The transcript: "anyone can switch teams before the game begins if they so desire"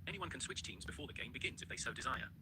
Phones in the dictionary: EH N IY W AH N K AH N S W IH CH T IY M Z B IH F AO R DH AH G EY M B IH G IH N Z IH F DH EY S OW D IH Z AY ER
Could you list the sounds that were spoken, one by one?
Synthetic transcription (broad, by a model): EH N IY W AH N K AH N S W IH CH T IY M Z B IH F AO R DH AH G EY M B IH G IH N Z IH F DH EY S OW D IH Z AY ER